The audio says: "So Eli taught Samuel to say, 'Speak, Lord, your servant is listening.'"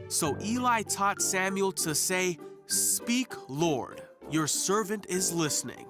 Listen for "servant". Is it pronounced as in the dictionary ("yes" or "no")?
yes